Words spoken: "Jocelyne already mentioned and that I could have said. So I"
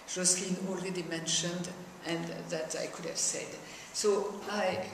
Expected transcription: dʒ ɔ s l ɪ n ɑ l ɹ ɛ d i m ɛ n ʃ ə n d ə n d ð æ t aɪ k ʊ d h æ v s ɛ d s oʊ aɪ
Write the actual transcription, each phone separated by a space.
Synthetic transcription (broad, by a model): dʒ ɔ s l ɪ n ɑ l ɹ ɛ d i m ɛ n ʃ ə n d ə n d ð æ t aɪ k ʊ d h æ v s ɛ d s oʊ aɪ